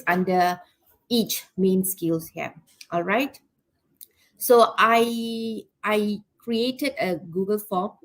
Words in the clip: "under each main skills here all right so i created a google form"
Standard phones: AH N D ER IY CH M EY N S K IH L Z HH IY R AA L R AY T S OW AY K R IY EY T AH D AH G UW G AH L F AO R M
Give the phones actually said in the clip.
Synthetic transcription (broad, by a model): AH N D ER IY CH M EY N S K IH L S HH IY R AA L R AY T S OW AY K R IY EY T AH D AH G UW G AH L F AO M